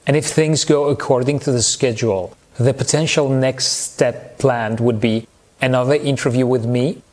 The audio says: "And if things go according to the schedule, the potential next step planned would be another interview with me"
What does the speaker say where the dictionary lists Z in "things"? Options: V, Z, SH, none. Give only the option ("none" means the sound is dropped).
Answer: Z